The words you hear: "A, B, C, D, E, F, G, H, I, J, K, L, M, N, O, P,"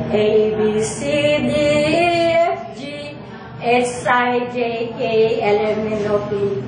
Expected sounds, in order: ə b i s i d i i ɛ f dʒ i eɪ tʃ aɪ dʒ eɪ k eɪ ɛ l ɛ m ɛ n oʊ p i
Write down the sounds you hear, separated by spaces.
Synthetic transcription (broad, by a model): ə b i s i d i i ɛ f dʒ i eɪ s aɪ dʒ eɪ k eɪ ɛ l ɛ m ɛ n oʊ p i